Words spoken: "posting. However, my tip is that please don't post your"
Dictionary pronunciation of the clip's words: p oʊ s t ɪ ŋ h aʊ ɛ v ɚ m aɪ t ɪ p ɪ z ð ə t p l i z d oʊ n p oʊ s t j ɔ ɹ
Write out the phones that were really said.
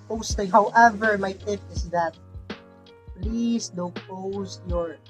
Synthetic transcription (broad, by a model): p oʊ s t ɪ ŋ h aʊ ɛ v ɚ m aɪ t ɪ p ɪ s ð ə t p l i s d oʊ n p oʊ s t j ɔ ɹ